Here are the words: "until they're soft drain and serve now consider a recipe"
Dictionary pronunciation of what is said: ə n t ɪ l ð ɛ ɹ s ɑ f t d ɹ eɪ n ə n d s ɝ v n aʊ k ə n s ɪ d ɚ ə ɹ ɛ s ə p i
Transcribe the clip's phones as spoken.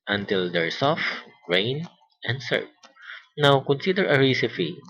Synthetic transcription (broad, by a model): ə n t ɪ l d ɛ ɹ s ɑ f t ɹ eɪ n ə n d s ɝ p n aʊ k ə n s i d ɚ ə ɹ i s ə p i